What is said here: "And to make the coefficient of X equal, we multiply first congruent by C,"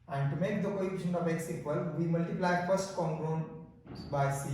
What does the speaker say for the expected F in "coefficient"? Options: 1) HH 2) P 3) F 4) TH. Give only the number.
2